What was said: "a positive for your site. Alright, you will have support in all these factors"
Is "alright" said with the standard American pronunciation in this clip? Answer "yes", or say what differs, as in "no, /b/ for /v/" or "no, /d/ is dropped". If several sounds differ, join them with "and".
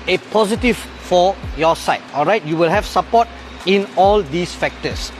yes